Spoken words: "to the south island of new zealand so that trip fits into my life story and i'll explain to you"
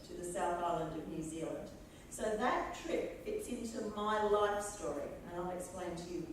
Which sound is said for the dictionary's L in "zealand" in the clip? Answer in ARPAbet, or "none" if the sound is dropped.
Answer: L